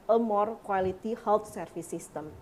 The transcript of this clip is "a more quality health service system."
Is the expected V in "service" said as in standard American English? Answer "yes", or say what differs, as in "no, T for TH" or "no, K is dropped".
no, F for V